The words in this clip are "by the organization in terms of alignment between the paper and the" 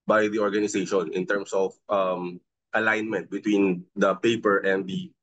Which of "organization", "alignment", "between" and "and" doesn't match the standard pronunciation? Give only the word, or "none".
organization